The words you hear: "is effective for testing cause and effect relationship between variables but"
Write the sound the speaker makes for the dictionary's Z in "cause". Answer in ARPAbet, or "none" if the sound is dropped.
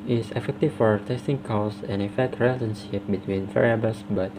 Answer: S